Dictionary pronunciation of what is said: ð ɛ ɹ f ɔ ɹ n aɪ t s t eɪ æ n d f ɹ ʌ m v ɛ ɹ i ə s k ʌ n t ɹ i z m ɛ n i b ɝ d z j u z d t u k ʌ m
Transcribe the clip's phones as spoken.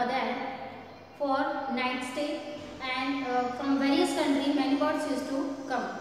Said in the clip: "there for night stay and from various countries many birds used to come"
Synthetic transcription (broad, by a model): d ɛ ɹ f ɔ ɹ n aɪ t s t eɪ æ n d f ɹ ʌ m v ɛ ɹ i ə s k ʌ n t ɹ i m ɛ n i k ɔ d s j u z t u k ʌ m